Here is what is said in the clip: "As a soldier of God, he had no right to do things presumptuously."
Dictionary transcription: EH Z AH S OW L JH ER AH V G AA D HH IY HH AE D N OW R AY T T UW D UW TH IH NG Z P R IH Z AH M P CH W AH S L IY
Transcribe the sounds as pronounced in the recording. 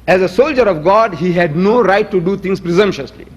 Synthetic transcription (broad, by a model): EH Z AH S OW L JH ER AH V G AA D HH IY HH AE D N OW R AY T T UW D UW T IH NG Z P R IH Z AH M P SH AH S L IY